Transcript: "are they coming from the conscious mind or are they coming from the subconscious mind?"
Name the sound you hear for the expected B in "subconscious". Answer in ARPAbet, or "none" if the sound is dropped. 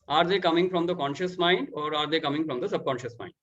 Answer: B